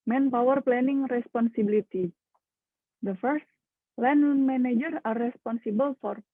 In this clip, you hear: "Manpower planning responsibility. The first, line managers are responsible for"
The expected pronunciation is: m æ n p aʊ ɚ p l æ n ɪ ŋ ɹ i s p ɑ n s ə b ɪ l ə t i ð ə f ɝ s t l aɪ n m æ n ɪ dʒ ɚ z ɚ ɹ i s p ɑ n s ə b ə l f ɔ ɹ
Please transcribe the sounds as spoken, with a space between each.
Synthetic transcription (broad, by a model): m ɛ n p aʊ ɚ p l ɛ n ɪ ŋ ɹ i s p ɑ n s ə b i l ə t i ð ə f ɝ s t l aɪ n m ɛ n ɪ dʒ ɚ ɑ ɹ i s p ɑ n s ə b ə l f ɔ ɹ